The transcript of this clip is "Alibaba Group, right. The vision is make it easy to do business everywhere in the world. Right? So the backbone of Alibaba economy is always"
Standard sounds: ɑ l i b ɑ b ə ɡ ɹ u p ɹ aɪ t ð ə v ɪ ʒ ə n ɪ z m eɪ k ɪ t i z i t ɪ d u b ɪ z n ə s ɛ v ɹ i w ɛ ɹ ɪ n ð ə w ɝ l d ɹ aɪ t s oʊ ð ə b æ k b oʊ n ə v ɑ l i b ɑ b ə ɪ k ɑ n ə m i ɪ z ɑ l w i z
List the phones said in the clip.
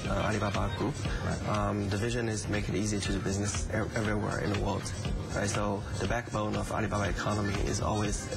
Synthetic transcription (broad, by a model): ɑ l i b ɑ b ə ɡ ɹ u p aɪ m ð ə v ɪ ʒ ə n ɪ z m eɪ k ɪ t i z i t ɪ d b ɪ z n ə s ɛ v ɹ i w ɛ ɹ ɪ n ð ə w ɝ l d ɹ aɪ t s oʊ ð ə b æ k b oʊ n ə v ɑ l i b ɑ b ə ɪ k ɑ n ə m i ɪ z ɑ l w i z